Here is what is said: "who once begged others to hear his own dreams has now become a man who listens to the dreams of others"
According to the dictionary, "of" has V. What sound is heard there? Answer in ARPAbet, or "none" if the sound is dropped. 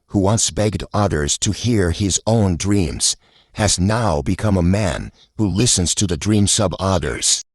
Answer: B